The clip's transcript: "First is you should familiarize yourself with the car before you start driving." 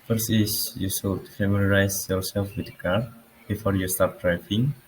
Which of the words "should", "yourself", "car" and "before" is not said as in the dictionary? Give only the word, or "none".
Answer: should